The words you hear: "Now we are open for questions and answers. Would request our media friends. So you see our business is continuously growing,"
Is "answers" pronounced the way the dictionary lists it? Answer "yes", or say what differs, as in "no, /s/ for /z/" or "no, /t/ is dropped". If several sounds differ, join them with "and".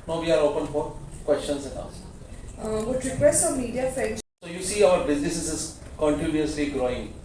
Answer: no, /n/ is dropped